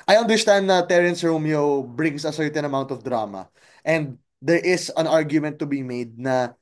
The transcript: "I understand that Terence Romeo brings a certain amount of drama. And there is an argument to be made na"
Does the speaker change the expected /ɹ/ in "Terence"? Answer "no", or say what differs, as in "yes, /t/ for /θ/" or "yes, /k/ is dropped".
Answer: no